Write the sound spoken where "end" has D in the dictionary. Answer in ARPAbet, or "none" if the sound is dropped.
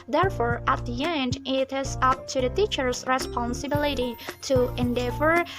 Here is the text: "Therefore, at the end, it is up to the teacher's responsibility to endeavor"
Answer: D